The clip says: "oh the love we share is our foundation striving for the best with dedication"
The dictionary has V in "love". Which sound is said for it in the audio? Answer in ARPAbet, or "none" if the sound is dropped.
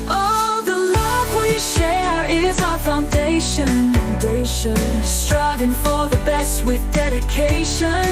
V